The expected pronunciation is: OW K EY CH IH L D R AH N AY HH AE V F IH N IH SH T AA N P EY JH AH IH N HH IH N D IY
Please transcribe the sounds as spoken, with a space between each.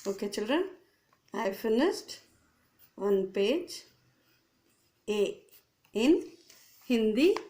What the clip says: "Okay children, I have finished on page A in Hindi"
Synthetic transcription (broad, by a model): OW K EY CH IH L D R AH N AY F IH N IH S T AA N P EY JH AH IH N HH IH N D IY